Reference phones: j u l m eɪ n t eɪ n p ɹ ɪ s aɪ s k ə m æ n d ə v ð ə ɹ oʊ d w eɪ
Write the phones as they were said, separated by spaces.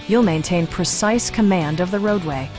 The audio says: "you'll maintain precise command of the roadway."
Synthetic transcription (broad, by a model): j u l m eɪ n t eɪ n p ɹ ɪ s aɪ s k ə m æ n d ə v ð ə ɹ oʊ d w eɪ